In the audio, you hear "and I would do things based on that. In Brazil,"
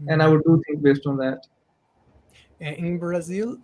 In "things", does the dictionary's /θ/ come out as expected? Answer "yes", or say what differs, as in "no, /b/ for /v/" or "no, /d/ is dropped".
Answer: no, /t/ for /θ/